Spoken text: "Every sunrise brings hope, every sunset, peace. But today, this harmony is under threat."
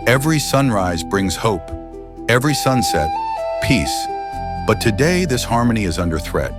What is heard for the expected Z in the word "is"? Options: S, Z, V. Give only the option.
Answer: Z